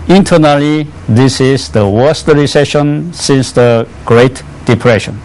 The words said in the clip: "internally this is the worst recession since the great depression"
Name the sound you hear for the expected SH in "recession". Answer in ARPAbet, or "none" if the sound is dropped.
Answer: SH